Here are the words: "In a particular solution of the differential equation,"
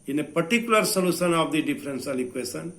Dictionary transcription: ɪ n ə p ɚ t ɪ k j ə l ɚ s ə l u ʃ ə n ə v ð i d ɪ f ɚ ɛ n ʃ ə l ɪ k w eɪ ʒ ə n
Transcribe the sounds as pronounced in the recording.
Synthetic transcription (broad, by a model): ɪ n ə p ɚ t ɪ k j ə l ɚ s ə l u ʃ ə n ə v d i d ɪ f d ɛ n s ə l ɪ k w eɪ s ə n